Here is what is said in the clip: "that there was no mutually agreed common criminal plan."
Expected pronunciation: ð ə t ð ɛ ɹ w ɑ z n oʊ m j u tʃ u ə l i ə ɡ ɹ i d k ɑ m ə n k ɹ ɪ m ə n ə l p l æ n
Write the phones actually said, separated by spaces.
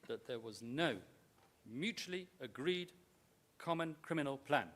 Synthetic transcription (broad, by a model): ð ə t ð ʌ ɹ w ɑ z n oʊ m j u tʃ u ə l i ə ɡ ɹ i d k ɑ m ə n k ɹ ɪ m ə n ə l p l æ n